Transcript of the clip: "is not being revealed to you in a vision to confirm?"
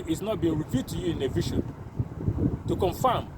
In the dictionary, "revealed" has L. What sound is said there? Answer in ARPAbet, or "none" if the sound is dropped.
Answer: none